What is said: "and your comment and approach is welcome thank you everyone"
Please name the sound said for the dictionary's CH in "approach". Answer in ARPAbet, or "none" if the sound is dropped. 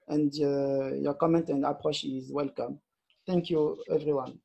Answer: SH